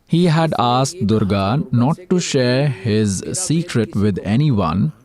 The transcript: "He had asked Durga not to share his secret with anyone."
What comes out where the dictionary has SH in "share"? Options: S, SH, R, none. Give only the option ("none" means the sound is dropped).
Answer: SH